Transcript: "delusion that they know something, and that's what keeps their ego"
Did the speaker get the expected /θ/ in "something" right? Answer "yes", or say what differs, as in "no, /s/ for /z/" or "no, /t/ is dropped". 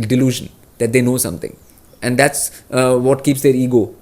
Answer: no, /t/ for /θ/